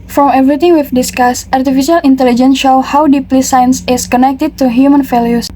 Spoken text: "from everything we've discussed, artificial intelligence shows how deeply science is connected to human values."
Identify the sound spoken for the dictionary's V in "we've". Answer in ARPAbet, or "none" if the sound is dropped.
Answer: F